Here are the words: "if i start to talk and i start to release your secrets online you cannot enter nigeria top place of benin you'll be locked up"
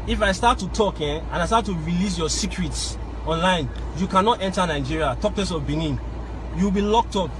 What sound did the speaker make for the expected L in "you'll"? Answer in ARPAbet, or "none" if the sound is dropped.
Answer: W